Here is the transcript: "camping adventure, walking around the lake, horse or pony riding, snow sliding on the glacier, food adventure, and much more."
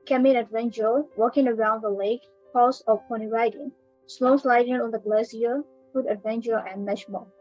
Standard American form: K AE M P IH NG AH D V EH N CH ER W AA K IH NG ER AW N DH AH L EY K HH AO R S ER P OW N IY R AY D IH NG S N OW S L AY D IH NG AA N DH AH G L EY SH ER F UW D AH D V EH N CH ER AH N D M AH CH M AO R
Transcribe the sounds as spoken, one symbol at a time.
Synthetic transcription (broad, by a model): K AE M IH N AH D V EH N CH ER W AA K IH NG ER AW N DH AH L EY K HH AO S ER P OW N IY R AY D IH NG S L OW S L AY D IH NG AA N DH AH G L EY S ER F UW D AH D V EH N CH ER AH N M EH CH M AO